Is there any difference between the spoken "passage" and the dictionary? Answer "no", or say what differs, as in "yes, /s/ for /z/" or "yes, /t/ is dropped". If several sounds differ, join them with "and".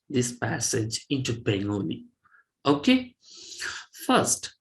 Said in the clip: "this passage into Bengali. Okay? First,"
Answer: no